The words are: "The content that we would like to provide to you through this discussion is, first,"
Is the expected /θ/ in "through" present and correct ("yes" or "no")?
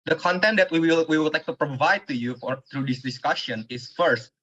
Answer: no